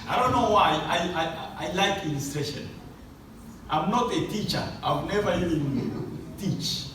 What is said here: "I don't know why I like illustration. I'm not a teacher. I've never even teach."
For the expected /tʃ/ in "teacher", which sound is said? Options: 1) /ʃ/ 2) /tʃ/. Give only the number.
2